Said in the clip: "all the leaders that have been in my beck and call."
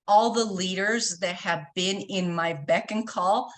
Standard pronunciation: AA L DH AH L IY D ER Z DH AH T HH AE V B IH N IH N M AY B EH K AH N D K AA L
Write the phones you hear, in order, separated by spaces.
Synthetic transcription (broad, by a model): AA L DH AH L IY D ER Z DH AH T HH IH V B IH N IH N M AY B EH K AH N K AA L